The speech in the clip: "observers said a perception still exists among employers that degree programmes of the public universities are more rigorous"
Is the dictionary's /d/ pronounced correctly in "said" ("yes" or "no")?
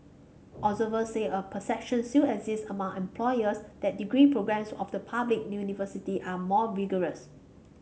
no